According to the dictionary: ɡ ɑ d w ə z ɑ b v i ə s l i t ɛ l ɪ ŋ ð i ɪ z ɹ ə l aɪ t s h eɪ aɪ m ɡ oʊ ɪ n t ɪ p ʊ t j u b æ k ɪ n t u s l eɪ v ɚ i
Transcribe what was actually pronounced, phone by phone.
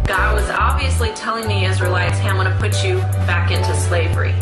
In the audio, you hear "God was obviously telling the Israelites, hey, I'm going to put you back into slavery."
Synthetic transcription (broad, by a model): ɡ ɑ d w ə z ɑ b v i ə s l i t ɛ l ɪ ŋ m i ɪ z ɹ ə l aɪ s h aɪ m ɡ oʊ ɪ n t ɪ p ʊ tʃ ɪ b æ k ɪ n t u s l eɪ v ɚ i